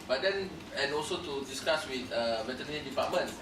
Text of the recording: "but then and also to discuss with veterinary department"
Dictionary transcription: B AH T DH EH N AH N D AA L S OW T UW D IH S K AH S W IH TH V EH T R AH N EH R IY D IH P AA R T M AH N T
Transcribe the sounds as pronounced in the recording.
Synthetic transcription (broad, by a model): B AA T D EH N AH N AA L S OW T UW D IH S K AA S W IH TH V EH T AH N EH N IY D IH P AA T M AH N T